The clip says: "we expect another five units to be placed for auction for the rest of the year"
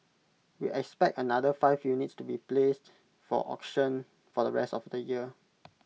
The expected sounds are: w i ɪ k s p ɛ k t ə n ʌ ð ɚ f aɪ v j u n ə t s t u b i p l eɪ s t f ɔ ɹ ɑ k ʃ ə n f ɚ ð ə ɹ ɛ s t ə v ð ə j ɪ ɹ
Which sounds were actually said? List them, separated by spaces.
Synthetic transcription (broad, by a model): w i ɪ k s p ɛ k t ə n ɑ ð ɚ f aɪ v j u n ə t s t u b i p l eɪ s t f ɔ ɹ ɑ k ʃ ə n f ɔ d ə ɹ ɛ s t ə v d ə j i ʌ